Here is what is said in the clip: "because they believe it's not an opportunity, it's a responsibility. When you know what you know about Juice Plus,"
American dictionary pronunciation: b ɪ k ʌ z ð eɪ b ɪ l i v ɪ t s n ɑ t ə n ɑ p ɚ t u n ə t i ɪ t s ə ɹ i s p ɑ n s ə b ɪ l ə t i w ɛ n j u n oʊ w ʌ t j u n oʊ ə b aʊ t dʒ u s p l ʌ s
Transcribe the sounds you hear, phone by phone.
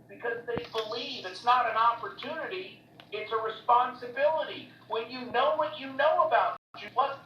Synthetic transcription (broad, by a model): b ɪ k ʌ z ð eɪ b ɪ l i v ɪ t s n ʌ t ə n ɑ p ɚ t u n ə t i ɪ t s ə ɹ i s p ɑ n s ə b ɪ l ə t i w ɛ n j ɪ n oʊ w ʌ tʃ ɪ n oʊ ə b aʊ t tʃ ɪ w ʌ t